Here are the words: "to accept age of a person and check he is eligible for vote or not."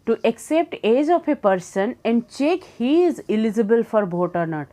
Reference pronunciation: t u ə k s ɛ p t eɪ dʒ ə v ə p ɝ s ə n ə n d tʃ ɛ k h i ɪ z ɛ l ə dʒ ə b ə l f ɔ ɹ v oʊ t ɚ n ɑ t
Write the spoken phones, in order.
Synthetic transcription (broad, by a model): t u ə k s ɛ p t eɪ dʒ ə f ə p ɝ s ə n ə n d tʃ ɛ k h i ɪ z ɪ l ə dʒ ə b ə l f ɔ ɹ b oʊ t ɚ n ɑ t